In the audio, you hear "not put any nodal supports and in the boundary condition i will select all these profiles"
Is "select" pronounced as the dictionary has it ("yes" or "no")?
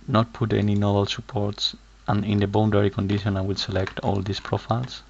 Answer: yes